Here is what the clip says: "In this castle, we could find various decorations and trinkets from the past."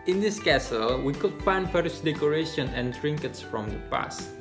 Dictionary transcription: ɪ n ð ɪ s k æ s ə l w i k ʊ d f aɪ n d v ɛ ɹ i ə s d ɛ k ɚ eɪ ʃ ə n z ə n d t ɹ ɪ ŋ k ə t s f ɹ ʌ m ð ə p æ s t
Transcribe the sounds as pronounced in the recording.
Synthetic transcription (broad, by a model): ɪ n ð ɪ s k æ s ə l w i k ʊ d f aɪ n d f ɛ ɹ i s d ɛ k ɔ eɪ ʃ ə n ə n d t ɹ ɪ ŋ k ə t s f ɹ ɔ m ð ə p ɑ s t